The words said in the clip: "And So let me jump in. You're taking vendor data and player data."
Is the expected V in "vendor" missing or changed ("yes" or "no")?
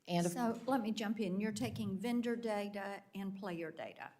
no